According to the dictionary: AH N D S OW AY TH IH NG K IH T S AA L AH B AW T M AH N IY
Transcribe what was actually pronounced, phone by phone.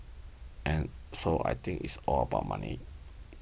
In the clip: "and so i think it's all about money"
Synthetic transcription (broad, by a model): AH N S OW AY T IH NG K IH T S AA L AH B AW T M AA N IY